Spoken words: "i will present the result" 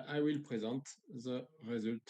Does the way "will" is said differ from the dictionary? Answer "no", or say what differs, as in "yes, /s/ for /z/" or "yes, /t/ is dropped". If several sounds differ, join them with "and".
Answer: no